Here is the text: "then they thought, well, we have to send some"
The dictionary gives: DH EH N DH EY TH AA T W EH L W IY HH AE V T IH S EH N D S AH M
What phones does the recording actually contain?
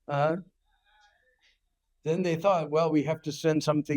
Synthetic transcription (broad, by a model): DH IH N DH EY TH AA T W EH L W IY HH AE F T IH S EH N D S AH M